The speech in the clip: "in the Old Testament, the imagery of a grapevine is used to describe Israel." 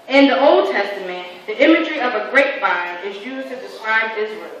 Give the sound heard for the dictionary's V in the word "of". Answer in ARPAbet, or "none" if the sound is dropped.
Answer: V